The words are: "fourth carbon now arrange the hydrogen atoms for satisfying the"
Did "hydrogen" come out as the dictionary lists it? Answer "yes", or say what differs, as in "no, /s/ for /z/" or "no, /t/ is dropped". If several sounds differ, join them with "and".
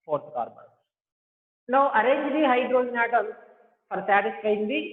no, /dʒ/ is dropped